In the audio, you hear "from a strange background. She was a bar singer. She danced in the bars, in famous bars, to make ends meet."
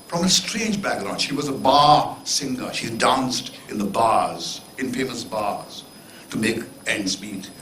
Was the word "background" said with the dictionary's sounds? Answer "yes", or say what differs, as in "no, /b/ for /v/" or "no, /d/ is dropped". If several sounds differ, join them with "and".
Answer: no, /k/ is dropped